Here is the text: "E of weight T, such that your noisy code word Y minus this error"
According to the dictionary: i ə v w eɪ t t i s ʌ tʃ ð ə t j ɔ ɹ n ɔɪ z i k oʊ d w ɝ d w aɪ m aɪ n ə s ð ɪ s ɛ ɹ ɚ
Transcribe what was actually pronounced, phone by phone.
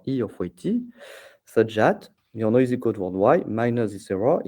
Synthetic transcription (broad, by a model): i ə f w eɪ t t i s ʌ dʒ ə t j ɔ n ɔɪ z i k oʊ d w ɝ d w aɪ m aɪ n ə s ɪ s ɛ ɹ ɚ